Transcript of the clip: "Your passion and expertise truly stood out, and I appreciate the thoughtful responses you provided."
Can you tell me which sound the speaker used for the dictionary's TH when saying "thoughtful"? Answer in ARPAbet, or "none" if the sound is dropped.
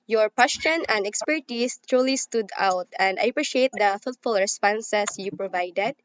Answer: F